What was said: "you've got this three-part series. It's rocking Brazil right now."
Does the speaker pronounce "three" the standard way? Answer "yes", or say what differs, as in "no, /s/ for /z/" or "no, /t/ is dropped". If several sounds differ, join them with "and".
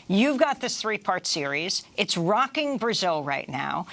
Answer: yes